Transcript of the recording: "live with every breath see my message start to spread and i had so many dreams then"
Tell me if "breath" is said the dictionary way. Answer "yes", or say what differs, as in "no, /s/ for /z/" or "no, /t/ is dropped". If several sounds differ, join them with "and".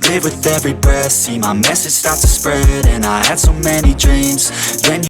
no, /ɹ/ is dropped